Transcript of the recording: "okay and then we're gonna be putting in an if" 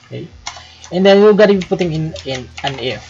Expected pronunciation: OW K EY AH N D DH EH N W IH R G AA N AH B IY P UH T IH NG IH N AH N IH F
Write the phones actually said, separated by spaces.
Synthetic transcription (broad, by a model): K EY AH N D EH N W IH L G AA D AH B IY P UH T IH NG IH N AH N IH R